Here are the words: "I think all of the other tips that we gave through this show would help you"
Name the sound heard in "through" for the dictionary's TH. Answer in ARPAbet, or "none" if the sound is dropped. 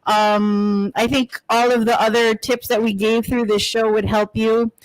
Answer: TH